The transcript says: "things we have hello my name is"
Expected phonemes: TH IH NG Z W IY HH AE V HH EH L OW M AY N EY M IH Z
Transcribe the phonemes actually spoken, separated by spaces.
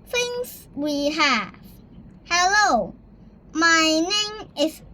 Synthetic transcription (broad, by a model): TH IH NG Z W IY HH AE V HH EH L OW M AY N EY M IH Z